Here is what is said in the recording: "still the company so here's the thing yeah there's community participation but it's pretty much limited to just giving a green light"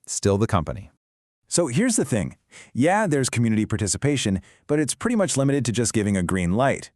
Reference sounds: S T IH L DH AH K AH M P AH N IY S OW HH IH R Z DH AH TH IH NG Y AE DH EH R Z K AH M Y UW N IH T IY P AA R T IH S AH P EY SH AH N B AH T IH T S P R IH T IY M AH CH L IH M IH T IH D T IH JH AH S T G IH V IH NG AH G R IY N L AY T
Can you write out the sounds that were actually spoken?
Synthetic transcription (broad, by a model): S T IH L DH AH K AH M P AH N IY S OW HH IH R Z DH AH TH IH NG Y AE DH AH R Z K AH M Y UW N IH T IY P AA R T IH S AH P EY SH AH N B AH T IH T S P R IH T IY M AH CH L IH M IH T IH D T IH JH AH S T G IH V IH NG AH G R IY N L AY T